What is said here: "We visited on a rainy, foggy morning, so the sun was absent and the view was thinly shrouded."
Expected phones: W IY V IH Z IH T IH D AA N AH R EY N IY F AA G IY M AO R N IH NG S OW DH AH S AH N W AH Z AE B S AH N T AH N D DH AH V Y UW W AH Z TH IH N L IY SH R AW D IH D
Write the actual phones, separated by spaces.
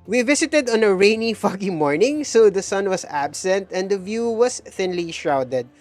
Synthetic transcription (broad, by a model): W IY V IH S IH T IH D AA N AH R EY N IY F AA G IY M AO R N IH NG S OW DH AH S AH N W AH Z AE B S AH N T AH N D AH V Y UW W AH S TH IH N L IY SH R AW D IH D